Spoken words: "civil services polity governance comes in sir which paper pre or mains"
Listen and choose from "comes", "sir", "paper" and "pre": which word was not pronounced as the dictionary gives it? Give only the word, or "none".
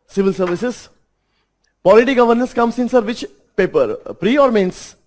comes